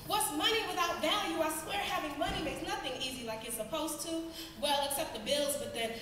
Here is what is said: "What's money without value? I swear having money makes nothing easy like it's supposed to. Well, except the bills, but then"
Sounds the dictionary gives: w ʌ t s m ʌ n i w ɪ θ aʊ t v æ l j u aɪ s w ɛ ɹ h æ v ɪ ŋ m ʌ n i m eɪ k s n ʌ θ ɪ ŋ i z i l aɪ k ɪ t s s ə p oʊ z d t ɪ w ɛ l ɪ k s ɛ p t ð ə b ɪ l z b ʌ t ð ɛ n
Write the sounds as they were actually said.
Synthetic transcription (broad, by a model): w ʌ t s m ʌ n i w ɪ θ aʊ t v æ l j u aɪ s w ɛ ɹ h æ v ɪ ŋ m ʌ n i m eɪ k s n ʌ θ ɪ ŋ i z i l aɪ k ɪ t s s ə p oʊ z t ɪ w ɛ l ɪ k s ɛ p t ð ə b ɪ l z b ʌ t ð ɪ n